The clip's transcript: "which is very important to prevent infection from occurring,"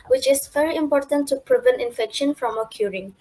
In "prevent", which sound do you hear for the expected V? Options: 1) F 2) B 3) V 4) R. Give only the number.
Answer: 3